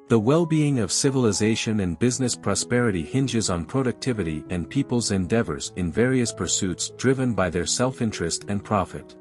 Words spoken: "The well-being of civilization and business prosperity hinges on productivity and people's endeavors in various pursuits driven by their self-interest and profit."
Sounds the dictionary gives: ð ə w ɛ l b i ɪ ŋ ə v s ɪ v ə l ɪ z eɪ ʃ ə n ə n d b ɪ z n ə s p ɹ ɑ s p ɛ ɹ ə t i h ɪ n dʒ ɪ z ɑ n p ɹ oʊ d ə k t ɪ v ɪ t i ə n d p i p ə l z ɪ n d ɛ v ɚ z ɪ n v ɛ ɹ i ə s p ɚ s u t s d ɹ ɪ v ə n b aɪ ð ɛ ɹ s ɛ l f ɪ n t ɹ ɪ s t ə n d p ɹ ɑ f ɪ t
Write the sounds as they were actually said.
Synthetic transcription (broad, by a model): ð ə w ɛ l b i ɪ ŋ ə v s ɪ v ə l ɪ z eɪ ʃ ə n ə n b ɪ z n ə s p ɹ ɑ s p ɛ ɹ ə t i h ɪ n dʒ ɪ z n p ɹ oʊ d ə k t ɪ v ɪ t i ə n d p i p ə l z ɪ n d ɛ v ɚ z ɪ n v ɛ ɹ i ə s p ɚ s u t s d ɹ ɪ v ə n b aɪ ð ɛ ɹ s ɛ l f ɪ n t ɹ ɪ s t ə n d p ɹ ɑ f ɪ t